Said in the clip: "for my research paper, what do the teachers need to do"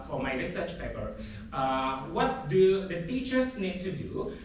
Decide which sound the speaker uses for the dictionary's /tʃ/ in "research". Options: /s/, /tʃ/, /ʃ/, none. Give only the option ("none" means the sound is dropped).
/tʃ/